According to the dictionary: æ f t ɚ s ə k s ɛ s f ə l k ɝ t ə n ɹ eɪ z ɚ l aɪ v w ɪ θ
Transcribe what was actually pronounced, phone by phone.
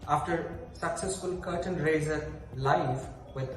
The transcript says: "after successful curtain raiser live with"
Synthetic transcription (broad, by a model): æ f t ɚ s ə k s ɛ s f ə l k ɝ t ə n ɹ eɪ z ɚ l aɪ f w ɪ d